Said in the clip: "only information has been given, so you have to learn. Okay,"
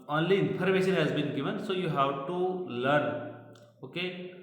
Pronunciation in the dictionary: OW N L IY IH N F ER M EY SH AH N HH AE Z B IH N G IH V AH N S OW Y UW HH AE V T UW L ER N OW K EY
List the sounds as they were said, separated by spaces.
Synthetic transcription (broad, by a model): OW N L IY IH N P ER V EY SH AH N HH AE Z B IH N G IH V AH N S OW Y UW HH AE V T UW L ER N OW K EY